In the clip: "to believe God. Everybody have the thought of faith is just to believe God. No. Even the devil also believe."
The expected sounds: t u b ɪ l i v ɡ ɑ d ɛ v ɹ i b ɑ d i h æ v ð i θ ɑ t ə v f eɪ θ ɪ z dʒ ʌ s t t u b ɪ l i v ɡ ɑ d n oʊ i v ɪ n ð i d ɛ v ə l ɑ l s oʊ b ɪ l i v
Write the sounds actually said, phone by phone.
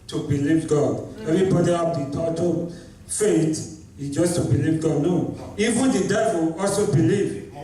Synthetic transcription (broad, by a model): t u b ɪ l i v ɡ ɑ d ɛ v i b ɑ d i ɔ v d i t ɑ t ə f eɪ t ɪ dʒ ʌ s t t u b ɪ l i v ɡ ɑ d n oʊ i v ɪ n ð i d ɛ v ə l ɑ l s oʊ b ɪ l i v